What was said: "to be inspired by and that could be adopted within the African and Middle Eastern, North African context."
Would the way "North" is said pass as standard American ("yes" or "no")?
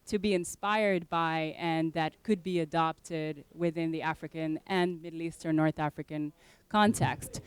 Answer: yes